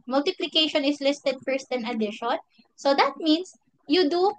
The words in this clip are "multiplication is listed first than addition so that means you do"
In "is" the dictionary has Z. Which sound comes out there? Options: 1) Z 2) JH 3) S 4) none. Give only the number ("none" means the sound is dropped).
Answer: 3